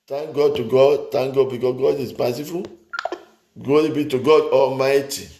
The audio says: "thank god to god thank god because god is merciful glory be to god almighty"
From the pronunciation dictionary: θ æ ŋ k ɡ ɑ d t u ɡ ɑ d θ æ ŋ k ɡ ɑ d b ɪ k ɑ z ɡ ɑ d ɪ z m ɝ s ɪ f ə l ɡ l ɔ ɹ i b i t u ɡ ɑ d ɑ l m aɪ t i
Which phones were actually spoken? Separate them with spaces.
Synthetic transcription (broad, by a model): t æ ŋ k ɡ ɑ d t u ɡ ɑ d t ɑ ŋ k ɡ ɑ d b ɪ k ɑ s ɡ ɑ d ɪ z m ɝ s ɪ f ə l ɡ ɔ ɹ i b i t u ɡ ɑ d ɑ l m aɪ t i